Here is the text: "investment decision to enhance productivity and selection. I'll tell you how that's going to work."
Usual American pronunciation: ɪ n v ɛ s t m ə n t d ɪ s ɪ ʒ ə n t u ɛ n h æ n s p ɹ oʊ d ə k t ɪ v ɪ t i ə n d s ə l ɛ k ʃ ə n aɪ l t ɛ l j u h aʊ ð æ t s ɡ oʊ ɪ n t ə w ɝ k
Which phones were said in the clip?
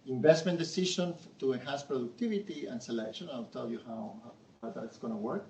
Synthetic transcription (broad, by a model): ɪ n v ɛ s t m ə n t d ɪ s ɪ ʃ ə n t u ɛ n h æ n s p ɹ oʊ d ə k t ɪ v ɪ t i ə n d s ə l ɛ k ʃ ə n aɪ l t ɛ l j u h aʊ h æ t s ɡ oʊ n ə w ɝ k